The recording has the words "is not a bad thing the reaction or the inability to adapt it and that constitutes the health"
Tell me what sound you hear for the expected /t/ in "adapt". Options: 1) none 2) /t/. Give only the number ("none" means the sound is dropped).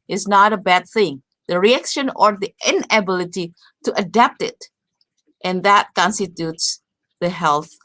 2